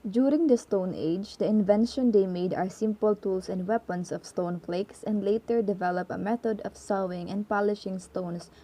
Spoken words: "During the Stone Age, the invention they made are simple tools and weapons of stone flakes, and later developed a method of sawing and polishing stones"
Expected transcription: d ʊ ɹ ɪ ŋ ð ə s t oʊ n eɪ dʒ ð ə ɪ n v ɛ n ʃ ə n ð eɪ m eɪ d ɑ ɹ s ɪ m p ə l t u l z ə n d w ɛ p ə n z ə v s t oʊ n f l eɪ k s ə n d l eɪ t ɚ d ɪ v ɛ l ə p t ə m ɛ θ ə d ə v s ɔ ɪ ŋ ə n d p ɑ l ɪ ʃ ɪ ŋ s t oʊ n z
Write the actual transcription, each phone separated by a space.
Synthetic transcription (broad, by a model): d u ɹ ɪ ŋ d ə s t oʊ n eɪ dʒ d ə ɪ n v ɛ n ʃ ə n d eɪ m eɪ d ɑ ɹ s ɪ m p ə l t u l s ə n d w ɛ p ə n s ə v s t oʊ n f l eɪ k s ə n d l eɪ t ɚ d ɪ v ɛ l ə p ə m ɛ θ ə d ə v s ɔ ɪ ŋ ə n d p ɑ l ɪ ʃ ɪ ŋ s t oʊ n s